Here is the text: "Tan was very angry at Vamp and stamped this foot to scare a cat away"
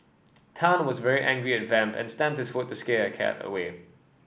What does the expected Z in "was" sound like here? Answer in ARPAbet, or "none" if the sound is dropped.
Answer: Z